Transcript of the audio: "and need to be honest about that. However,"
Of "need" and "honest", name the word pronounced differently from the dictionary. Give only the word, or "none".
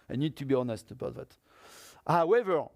none